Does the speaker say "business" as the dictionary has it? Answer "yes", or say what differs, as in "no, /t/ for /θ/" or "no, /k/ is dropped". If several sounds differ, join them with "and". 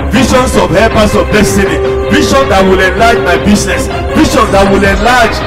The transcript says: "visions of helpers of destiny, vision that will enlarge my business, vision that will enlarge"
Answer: no, /s/ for /z/